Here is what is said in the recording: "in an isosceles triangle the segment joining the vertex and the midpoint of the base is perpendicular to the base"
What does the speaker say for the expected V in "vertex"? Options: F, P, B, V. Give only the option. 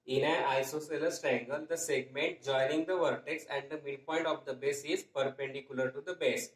V